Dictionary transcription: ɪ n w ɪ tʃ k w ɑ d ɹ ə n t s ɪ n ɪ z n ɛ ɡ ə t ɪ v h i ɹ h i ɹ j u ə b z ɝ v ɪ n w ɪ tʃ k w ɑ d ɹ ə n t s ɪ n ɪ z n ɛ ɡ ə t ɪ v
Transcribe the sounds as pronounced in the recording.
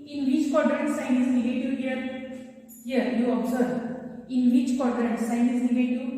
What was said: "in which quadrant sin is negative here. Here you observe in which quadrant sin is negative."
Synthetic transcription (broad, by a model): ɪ n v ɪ tʃ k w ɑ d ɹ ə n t s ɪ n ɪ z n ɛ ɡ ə t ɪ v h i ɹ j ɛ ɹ j u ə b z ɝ ɪ n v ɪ tʃ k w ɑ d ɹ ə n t s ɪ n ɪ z n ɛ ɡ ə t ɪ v